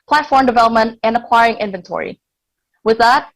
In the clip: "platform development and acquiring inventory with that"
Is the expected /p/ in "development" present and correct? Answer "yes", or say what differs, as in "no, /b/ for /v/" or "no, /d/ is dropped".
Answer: yes